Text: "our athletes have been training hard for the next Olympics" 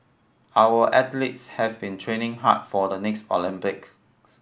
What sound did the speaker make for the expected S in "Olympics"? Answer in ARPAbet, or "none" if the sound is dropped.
none